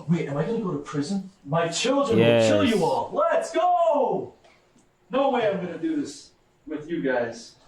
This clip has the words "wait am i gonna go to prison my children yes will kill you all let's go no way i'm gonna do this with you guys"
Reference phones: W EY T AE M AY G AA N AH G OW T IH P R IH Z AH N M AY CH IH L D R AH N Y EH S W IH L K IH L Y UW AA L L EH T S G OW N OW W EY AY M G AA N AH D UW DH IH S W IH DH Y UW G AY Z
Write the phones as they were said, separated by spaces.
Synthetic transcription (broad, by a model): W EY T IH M AY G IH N G OW T IH P R IH Z AH N M AY CH IH L D R AH N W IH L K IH L Y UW AA L L EH T S G OW N OW W EY AY M G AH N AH D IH DH IH S W IH DH Y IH G AY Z